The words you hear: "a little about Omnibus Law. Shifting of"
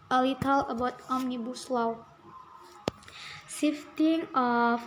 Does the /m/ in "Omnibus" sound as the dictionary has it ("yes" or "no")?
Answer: yes